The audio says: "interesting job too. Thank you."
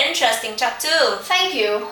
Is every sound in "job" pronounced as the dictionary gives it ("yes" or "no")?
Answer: no